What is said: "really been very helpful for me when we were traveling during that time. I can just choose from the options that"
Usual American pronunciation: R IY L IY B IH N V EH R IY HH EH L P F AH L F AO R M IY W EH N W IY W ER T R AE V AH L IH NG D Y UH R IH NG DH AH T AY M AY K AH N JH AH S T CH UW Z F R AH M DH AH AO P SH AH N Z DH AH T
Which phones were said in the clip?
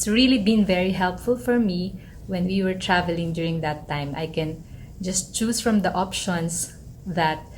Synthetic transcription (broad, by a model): R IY L IY B IH N V EH R IY HH EH L P F AH L F AO R M IY W EH N W IY W ER T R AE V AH L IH NG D Y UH R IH NG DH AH T AY M AY K AH N JH AH S T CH UW S F R AH M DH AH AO P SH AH N S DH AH T